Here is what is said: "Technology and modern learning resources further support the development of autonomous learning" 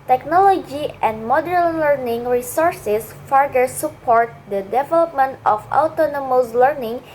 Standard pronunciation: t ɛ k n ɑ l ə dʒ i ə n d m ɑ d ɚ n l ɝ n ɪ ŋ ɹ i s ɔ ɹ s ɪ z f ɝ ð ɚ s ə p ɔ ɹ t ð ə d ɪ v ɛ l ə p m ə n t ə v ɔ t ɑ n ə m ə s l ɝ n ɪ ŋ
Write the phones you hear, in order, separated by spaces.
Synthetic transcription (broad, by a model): t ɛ k n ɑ l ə dʒ i ə n d m ɑ d ɚ n l ɝ n ɪ ŋ ɹ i s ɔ ɹ s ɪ s f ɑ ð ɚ s ə p ɔ ɹ t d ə d ɪ v ɛ l ə p m ə n t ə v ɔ t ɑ n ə m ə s l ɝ n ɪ ŋ